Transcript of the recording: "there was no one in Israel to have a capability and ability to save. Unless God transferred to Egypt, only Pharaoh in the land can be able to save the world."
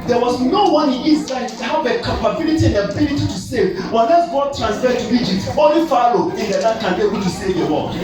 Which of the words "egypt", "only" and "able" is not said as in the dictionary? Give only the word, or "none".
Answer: only